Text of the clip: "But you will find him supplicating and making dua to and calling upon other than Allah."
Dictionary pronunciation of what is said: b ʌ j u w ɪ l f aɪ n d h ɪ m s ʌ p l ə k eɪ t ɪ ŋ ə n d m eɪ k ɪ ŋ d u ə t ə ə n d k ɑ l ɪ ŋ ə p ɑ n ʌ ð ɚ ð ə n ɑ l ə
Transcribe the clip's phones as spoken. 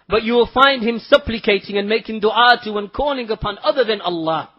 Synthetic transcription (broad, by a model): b ʌ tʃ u w ɪ l f aɪ n d h ɪ m s ʌ p l ə k eɪ t ɪ ŋ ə n m eɪ k ɪ ŋ d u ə t ə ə n k ɑ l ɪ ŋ ə p ɑ n ʌ ð ɚ ð ə n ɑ l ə